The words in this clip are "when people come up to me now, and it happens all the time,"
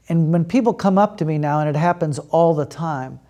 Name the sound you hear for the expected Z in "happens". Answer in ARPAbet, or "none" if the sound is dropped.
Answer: Z